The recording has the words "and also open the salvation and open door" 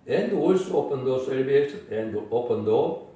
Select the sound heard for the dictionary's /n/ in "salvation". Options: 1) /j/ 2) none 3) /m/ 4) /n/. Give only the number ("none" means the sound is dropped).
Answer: 2